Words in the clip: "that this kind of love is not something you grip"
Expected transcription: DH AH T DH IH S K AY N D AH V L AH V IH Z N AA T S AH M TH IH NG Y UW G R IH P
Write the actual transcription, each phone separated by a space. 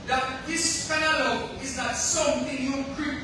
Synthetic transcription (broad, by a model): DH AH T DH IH S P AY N AH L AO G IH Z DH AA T S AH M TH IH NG Y UW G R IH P